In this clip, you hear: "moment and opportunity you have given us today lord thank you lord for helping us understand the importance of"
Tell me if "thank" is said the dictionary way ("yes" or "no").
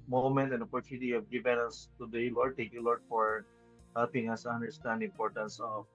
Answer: no